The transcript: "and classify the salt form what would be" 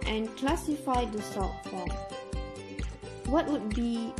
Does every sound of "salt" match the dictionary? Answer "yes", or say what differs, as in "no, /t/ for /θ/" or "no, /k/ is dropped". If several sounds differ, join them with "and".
no, /l/ is dropped